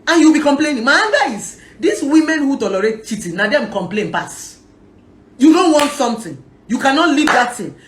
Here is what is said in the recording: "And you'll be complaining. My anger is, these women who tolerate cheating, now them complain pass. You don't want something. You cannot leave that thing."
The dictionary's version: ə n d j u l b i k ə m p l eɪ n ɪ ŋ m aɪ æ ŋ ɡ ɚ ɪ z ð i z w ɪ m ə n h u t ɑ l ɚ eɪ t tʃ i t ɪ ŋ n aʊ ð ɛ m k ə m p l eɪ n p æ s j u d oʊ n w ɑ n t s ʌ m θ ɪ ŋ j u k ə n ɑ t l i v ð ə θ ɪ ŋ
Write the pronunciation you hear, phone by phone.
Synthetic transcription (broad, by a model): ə n j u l b i k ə m p l eɪ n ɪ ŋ m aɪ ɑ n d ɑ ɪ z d i s w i m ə n h u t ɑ l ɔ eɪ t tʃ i t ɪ n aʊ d ɛ m k ə m p l eɪ n p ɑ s j u d oʊ n w ɑ n t s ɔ m t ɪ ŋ j u k ə n ɑ t l i v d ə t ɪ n